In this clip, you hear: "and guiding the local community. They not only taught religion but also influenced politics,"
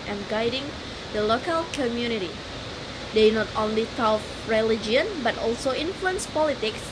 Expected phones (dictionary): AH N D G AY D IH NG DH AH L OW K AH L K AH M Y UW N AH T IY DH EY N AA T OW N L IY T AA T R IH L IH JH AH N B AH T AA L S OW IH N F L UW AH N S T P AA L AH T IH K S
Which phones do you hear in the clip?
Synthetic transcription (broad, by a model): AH N G AY D IH NG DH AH L OW K AH L K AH M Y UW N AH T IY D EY N AA T OW N L IY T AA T R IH L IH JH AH N B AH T AA L S OW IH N F L UW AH N S P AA L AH T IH K S